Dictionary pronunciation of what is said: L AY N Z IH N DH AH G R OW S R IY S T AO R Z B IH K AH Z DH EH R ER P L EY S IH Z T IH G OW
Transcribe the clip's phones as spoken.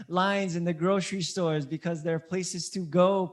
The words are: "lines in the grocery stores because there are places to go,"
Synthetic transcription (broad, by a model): L AY N Z IH N DH AH G R OW S R IY S T AO R Z B IH K AH Z DH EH R P L EY S IH Z T IH G OW